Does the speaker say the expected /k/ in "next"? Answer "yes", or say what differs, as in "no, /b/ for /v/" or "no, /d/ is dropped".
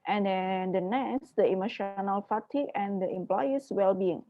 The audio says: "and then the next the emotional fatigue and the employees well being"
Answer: no, /k/ is dropped